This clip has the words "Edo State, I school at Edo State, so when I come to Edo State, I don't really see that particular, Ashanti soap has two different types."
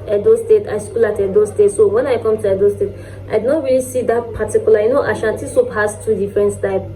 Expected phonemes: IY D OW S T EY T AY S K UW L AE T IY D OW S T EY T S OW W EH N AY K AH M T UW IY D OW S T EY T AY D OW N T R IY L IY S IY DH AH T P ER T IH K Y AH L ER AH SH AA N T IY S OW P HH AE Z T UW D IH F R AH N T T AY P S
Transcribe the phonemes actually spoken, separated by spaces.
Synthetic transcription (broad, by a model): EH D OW S T EY T AY S K UW L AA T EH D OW S T EY T S OW W EH N AY K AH M T UW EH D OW S T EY T AY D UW N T R IY L IY S IY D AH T P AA T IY K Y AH L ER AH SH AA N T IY S OW P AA S T UW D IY F R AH N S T AY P